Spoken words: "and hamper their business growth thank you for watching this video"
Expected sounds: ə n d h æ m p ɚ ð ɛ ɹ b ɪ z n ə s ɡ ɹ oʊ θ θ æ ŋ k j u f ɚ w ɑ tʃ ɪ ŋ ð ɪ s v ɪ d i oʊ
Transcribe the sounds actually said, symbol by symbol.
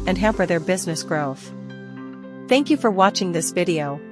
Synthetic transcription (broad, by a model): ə n h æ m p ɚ ð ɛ ɹ b ɪ z n ə s ɡ ɹ oʊ θ θ æ ŋ k j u f ɚ w ɑ tʃ ɪ ŋ ð ɪ s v ɪ d i oʊ